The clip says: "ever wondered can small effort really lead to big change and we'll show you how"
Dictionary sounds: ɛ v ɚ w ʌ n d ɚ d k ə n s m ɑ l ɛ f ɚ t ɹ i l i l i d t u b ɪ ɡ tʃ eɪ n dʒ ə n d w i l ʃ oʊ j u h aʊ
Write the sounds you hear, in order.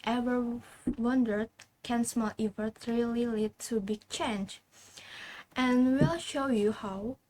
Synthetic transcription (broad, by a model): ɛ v ɚ w ʌ n d ɚ d k ə n s m ɑ l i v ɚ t ɹ i l i l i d t u b ɪ ɡ tʃ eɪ n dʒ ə n w i l ʃ oʊ j u h aʊ